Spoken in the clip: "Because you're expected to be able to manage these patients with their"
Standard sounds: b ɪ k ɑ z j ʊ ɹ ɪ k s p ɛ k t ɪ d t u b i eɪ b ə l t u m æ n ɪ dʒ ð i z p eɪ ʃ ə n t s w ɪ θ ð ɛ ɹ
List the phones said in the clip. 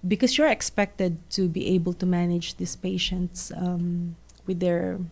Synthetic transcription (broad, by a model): b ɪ k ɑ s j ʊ ɹ ɪ k s p ɛ k t ɪ d t u b i eɪ b ə l t u m æ n ɪ dʒ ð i s p eɪ ʃ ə n t s w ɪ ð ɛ ɹ